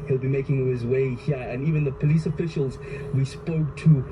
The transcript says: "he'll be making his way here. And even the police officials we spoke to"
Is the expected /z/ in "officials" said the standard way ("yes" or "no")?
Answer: yes